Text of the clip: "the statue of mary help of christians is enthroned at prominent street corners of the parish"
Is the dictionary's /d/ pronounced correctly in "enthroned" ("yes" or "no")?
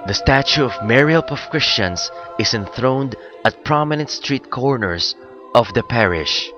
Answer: yes